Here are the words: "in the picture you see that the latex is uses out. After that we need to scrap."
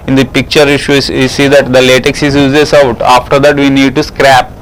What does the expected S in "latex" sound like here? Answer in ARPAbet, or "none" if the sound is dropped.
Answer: S